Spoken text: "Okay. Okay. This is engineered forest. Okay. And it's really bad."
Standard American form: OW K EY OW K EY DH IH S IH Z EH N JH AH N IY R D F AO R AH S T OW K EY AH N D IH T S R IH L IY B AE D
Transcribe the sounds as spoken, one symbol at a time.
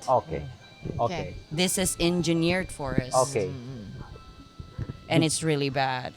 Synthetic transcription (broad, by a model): OW K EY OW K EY DH IH S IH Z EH N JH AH N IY R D F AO R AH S OW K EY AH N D IH T S R IH L IY B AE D